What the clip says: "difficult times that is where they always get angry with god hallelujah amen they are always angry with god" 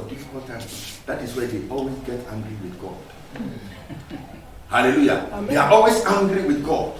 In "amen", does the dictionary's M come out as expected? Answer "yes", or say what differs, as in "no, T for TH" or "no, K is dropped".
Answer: no, M is dropped